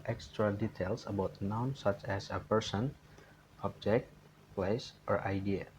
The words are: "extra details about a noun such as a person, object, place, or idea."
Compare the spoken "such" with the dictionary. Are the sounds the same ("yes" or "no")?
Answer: yes